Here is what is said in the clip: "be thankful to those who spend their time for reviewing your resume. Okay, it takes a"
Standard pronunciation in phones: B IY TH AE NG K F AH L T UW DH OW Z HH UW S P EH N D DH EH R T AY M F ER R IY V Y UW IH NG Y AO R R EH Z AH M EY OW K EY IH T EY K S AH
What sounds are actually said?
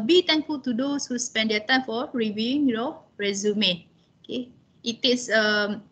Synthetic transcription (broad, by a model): B IY T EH NG K F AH L T UW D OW S HH UW S P EH N D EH T AY M F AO R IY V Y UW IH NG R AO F R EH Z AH M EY OW K EY IH T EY S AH